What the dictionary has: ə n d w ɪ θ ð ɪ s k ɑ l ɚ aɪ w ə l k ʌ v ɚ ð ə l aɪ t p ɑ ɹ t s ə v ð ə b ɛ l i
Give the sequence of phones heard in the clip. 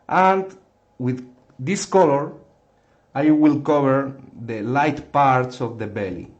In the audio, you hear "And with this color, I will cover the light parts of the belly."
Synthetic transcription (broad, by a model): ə n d w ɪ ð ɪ s k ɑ l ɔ aɪ w ə l k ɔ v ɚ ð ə l aɪ t p ɑ ɹ t s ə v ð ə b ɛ l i